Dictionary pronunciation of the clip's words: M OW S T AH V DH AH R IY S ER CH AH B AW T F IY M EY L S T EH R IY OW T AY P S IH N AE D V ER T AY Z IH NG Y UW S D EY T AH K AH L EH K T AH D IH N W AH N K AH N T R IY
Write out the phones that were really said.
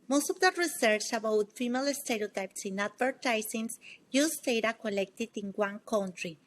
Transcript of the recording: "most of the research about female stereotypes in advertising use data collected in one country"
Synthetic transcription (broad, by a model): M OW S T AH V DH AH R IY S ER CH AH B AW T F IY M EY L S T EH R IY OW T AY P S IH N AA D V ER T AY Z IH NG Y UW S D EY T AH K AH L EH K T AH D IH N W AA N K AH N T R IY